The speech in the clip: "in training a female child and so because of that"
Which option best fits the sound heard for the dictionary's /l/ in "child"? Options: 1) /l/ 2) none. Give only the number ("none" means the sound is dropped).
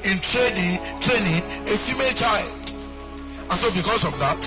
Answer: 1